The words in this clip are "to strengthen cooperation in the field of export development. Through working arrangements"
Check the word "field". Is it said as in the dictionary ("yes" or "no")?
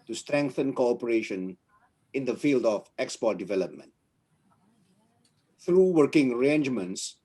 yes